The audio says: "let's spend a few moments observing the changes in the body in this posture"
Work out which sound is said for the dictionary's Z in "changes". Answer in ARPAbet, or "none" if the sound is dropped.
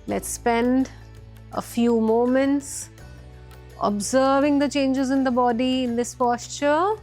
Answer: Z